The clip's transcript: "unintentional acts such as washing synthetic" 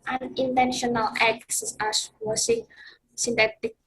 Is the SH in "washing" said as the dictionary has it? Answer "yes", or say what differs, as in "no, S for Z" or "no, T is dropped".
no, S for SH